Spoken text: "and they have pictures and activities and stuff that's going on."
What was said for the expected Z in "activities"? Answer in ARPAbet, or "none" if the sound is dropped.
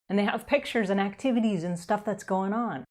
Z